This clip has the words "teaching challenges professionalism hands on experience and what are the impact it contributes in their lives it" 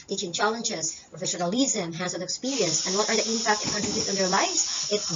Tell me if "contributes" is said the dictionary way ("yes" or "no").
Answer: no